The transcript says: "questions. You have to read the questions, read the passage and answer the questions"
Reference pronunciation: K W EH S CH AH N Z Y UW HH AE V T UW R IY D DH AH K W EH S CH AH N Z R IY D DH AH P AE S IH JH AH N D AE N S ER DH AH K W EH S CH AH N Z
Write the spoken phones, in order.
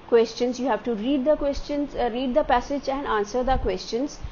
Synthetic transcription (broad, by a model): K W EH S CH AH N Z Y UW HH AE V T UW R IY D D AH K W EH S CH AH N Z R IY D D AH P AE S IH JH AH N D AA N S ER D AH K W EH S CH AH N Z